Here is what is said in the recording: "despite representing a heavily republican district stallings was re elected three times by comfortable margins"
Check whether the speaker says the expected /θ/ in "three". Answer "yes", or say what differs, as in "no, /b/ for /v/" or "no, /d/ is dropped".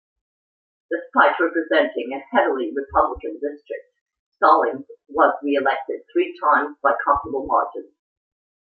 yes